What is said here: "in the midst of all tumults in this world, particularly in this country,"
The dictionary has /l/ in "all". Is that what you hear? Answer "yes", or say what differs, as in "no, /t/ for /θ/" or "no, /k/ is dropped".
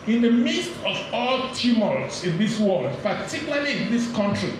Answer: yes